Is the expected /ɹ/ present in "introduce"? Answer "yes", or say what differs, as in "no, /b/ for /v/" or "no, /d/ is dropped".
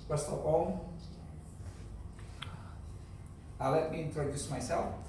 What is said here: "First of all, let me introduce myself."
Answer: yes